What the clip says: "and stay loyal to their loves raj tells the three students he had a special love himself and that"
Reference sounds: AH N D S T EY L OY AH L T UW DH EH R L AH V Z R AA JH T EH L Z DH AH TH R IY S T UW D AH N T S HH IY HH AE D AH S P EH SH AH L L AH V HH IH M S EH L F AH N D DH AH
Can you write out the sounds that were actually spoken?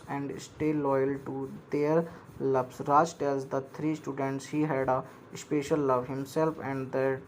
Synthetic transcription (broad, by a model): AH N D S T EY L OY AH L T UW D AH R L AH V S R AA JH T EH Z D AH T R IY S T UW D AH N T S HH IY HH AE D AH S P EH SH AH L L AH V HH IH M S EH L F AH N D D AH